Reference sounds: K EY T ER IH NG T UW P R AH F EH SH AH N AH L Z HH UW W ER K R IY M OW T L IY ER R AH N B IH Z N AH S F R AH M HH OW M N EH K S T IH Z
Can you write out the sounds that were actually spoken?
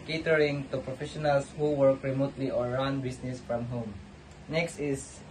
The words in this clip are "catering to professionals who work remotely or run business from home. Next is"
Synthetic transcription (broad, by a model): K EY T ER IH NG T UW P R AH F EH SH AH N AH L S HH UW W ER K R IY M OW T L IY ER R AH N B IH S N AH S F R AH M HH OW M N EH K S T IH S